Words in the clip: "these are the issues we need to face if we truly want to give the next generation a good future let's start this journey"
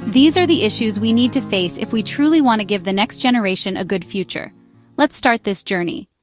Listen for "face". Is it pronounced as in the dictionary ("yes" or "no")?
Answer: yes